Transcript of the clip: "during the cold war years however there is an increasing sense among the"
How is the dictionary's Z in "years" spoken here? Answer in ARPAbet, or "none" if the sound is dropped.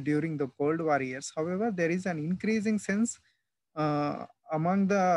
S